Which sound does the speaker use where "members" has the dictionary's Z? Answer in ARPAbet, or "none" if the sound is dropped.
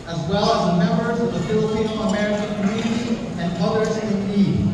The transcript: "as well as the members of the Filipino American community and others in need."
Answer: Z